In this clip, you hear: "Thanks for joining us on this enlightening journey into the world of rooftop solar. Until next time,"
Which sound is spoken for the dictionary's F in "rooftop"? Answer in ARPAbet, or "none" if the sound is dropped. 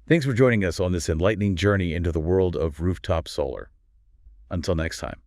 F